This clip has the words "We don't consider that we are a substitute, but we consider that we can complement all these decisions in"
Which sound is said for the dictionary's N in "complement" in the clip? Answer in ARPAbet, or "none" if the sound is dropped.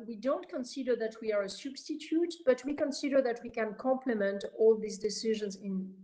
N